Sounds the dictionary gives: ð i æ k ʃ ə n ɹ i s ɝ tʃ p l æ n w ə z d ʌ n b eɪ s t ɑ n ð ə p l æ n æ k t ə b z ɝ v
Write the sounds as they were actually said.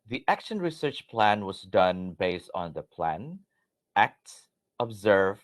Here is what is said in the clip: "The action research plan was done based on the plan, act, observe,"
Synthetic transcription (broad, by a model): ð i æ k ʃ ə n ɹ i s ɝ tʃ p l æ n w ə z d ʌ n b eɪ s t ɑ n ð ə p l æ n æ k t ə b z ɝ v